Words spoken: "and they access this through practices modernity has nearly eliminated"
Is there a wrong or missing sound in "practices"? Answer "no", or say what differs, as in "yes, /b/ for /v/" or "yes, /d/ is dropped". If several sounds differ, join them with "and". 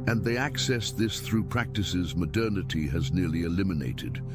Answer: no